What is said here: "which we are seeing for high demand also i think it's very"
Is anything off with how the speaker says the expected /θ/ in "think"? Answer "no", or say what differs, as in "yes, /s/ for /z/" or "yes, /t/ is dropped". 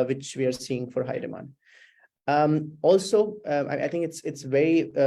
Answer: yes, /t/ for /θ/